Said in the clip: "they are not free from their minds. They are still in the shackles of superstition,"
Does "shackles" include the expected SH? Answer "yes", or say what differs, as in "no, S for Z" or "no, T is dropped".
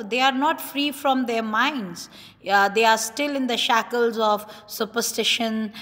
yes